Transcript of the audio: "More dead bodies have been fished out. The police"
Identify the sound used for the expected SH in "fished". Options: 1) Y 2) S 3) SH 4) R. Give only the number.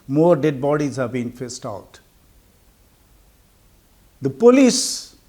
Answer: 2